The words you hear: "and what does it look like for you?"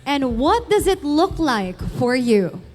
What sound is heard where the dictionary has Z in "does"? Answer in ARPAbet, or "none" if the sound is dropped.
Z